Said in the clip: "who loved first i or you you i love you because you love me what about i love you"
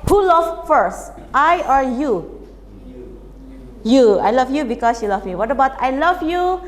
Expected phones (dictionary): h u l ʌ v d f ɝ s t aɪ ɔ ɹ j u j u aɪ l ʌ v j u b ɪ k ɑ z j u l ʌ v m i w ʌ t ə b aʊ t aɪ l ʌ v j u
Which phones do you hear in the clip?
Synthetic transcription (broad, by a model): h u l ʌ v f ɝ s t aɪ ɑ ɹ j u j u aɪ l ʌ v j u b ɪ k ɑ s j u l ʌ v m i w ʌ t ə b aʊ t aɪ l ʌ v j u